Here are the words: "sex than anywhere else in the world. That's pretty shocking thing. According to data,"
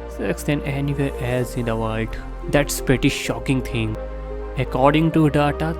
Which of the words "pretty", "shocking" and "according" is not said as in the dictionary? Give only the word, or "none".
none